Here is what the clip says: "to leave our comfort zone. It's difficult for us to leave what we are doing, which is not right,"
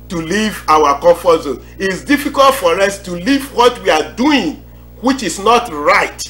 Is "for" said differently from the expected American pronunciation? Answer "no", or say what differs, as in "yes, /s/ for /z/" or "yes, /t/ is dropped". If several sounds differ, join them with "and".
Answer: no